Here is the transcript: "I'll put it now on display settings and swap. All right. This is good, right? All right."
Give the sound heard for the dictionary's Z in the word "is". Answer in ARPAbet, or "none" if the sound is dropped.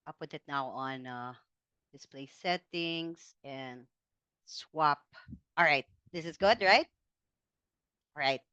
Z